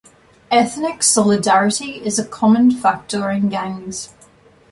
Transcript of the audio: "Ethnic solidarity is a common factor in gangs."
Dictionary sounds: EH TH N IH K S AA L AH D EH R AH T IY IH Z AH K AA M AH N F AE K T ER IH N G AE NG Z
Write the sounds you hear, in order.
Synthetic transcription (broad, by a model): EH TH N IH K S AA L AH D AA R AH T IY IH Z AH K AA M AH N F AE K T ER IH N G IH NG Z